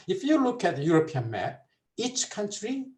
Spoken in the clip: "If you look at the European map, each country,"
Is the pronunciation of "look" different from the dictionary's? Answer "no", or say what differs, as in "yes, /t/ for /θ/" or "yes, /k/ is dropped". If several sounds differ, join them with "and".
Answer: no